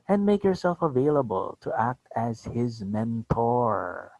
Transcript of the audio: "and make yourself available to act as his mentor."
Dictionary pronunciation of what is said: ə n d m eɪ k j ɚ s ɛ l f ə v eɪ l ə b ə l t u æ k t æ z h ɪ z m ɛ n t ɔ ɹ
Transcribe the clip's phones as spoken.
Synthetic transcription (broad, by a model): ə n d m eɪ k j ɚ s ɛ l f ə v eɪ l ə b ə l t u æ k t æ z h ɪ z m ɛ n t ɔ ɹ